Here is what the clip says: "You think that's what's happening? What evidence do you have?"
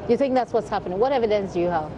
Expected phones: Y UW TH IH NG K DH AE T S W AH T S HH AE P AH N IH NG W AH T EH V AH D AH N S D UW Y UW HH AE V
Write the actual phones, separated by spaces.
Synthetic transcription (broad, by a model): Y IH TH IH NG K DH AE T S W AH T S HH AE P AH N IH NG W AH T EH V AH D AH N S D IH Y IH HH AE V